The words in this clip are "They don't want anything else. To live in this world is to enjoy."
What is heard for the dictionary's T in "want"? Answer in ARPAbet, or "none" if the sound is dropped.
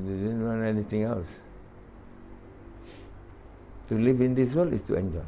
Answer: none